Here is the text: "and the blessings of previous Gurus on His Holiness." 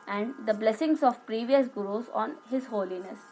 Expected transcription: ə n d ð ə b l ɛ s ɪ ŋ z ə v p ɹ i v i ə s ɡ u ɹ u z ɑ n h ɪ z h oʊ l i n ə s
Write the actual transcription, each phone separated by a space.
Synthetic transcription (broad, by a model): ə n d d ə b l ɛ s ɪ ŋ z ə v p ɹ i v i ə s ɡ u ɹ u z ɑ n h ɪ z h oʊ l i n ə s